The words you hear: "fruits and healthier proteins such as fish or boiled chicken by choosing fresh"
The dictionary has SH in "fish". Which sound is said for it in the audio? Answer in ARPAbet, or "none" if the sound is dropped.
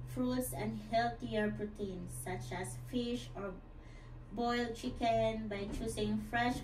SH